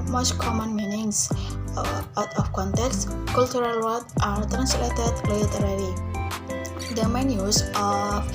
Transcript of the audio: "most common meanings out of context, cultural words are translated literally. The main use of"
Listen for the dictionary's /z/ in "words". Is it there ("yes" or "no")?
no